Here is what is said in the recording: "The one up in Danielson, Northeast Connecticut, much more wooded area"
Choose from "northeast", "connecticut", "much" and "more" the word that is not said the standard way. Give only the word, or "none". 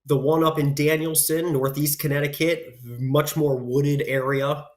none